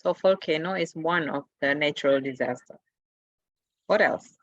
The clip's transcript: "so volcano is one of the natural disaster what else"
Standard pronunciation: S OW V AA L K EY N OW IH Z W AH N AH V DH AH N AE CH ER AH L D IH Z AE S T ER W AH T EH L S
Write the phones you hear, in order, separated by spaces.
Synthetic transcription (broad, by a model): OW F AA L K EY N OW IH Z W AH N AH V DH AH N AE CH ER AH L D IH Z AE S T ER W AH T EH L S